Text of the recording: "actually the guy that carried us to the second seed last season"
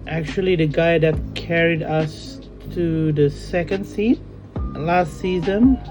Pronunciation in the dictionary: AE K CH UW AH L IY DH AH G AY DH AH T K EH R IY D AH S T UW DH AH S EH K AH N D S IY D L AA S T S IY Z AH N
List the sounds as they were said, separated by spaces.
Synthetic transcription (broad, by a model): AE K CH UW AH L IY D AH G AY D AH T K EH R IY D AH S T UW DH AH S EH K AH N D S IY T L AA S T S IY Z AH N